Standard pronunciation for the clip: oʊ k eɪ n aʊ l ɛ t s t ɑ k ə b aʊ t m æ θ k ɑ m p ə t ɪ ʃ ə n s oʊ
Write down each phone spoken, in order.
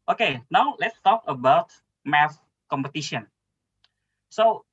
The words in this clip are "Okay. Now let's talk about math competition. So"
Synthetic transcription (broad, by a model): oʊ k eɪ n aʊ l ɛ t s t ɑ k ə b aʊ t m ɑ f k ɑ m p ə t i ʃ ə n s oʊ